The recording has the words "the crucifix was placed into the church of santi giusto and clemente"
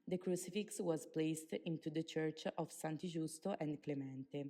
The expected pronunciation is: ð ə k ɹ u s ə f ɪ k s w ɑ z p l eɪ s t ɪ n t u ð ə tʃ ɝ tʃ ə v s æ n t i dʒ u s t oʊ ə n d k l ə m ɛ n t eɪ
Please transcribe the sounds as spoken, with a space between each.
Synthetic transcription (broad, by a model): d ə k ɹ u s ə f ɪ k s w ɑ z p l eɪ s t ɪ n t u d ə tʃ ɝ tʃ ə v s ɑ n t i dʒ u s t oʊ ə n d k l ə m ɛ n t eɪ